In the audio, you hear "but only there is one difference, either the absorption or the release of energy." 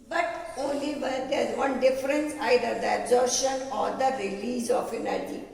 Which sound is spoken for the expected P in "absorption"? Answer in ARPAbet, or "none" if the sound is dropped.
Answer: none